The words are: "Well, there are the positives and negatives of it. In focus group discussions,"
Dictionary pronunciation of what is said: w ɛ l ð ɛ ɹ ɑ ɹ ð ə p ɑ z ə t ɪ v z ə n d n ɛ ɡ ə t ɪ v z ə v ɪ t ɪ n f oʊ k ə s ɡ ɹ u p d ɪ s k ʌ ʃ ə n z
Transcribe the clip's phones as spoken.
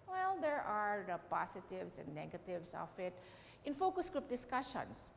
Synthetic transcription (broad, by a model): w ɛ l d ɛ ɹ ɑ ɹ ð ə p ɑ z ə t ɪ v s ə n d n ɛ ɡ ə t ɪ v s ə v ɪ t ɪ n f oʊ k ə s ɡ ɹ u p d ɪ s k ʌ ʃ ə n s